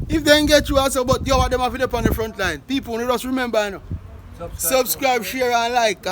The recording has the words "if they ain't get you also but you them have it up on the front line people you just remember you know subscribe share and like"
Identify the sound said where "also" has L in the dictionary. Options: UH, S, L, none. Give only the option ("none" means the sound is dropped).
none